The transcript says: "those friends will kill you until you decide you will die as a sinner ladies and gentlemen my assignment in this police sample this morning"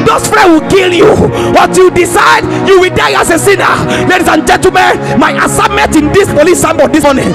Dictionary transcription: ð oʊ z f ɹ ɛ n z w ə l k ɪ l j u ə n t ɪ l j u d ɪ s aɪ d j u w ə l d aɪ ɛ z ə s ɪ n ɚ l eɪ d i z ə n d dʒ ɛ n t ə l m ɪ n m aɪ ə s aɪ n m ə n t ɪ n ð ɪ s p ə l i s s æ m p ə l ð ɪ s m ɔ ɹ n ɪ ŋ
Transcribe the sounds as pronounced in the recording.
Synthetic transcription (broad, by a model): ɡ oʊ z f ɹ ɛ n w ə l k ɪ l j u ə t j u d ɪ s aɪ d j u w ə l d aɪ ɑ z ə s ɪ n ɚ l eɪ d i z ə n dʒ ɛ n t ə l m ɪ n m aɪ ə s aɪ m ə n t ɪ n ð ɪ s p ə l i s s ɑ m b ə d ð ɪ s m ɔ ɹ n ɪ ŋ